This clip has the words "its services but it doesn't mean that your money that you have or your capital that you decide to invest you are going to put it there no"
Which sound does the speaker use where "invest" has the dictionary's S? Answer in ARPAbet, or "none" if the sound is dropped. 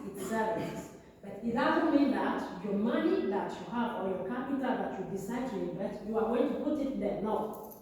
none